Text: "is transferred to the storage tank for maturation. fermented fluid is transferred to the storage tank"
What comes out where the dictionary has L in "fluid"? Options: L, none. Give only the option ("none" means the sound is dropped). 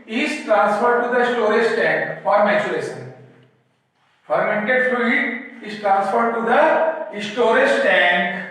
none